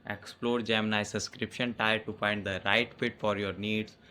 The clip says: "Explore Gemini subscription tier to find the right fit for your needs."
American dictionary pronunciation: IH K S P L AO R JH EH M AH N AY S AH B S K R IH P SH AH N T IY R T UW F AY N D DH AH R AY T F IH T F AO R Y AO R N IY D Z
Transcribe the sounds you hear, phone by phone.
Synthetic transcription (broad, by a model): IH K S P L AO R JH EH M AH N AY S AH S K R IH P SH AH N T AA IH T UW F AY N D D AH R AY T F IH T F AO R Y AO R N IY D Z